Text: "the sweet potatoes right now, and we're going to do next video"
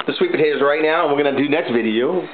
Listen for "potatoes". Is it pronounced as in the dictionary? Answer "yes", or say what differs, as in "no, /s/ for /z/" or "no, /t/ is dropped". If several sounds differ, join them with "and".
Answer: no, /b/ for /p/